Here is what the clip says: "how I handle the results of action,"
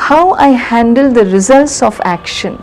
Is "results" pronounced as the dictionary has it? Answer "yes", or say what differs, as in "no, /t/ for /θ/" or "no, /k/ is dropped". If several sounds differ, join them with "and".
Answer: yes